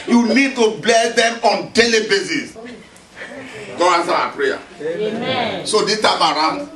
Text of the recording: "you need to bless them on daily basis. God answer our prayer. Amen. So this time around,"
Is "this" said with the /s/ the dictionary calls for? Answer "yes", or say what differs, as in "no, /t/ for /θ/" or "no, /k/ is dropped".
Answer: no, /s/ is dropped